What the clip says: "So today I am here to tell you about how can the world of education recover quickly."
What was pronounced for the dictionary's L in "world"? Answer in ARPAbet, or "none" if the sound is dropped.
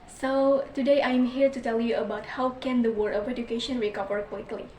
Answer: none